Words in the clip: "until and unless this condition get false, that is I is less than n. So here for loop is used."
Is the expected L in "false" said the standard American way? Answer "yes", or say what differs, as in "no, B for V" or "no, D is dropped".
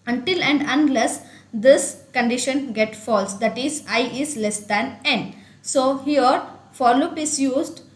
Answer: yes